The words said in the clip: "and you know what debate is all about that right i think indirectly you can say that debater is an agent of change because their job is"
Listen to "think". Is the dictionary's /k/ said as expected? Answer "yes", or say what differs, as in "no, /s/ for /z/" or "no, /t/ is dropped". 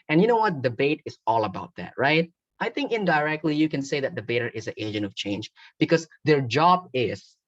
yes